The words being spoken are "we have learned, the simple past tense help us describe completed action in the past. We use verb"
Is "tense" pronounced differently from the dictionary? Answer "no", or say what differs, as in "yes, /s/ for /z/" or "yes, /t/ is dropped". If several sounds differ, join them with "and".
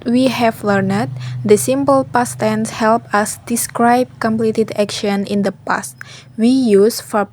no